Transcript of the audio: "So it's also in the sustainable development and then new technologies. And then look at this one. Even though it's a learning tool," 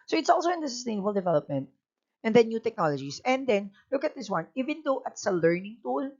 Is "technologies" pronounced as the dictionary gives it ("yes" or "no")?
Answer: no